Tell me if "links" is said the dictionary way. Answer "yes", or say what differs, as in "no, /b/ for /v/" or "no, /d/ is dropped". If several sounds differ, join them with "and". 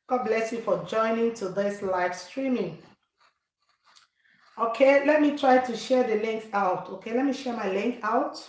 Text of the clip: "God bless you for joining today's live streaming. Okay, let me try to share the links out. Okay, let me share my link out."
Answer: no, /θ/ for /s/